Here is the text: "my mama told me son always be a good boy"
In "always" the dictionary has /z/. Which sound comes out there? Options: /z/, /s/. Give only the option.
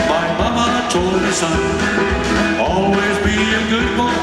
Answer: /z/